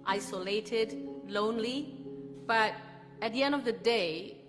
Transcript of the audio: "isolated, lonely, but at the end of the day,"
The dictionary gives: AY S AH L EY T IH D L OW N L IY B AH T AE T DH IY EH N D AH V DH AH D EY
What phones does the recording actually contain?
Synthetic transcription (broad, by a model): AY S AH L EY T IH D L OW N L IY B AH T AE T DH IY EH N D AH V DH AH D EY